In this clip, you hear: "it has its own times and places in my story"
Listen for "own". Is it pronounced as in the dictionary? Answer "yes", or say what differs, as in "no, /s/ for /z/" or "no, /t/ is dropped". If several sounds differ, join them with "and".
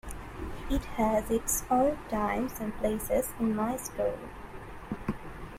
no, /l/ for /n/